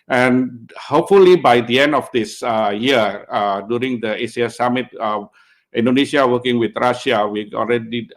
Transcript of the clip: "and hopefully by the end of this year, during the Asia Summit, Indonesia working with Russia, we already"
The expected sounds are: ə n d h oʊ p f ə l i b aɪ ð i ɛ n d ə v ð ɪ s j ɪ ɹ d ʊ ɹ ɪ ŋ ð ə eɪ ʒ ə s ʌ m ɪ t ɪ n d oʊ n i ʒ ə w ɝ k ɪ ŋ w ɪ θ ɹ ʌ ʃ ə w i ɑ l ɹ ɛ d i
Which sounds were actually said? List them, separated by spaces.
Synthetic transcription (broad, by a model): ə n h oʊ p f ə l i b aɪ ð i ɛ n d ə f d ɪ s j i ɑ d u ɹ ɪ ŋ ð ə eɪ s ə s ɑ m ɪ t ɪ n d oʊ n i ʃ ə w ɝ k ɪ ŋ w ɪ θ ɹ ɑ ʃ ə w i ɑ l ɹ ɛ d i